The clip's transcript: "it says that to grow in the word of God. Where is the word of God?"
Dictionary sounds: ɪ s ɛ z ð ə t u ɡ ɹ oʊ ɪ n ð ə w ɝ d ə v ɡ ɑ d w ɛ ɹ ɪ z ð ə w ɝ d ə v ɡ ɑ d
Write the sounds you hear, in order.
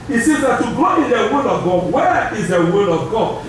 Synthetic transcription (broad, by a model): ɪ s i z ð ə t u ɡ oʊ ɪ n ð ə w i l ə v ɡ ɑ d w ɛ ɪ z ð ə w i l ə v ɡ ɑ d